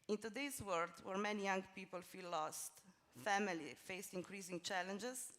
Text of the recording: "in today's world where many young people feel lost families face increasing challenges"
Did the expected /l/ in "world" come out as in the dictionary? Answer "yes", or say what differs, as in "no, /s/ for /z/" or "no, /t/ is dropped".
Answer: no, /l/ is dropped